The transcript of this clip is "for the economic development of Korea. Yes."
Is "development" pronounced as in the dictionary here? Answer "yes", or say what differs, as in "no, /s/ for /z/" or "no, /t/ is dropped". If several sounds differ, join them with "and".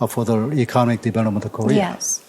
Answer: no, /b/ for /v/ and /n/ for /l/ and /p/ is dropped